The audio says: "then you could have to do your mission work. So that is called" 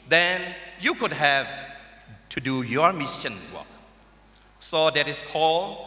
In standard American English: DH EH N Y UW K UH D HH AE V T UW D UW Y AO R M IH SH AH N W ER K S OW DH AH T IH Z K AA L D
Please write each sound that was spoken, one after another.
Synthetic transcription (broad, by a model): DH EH N Y UW K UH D HH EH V T UW D UW Y AO R M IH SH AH N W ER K S OW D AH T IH S K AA L